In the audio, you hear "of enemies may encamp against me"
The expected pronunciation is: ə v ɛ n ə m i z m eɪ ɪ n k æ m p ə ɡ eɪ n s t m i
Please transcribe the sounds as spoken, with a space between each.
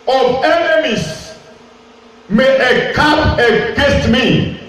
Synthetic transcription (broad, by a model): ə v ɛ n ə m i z m eɪ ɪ k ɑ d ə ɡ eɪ s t m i